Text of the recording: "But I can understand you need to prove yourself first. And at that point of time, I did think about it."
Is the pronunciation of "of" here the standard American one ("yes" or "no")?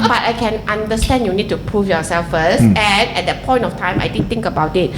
no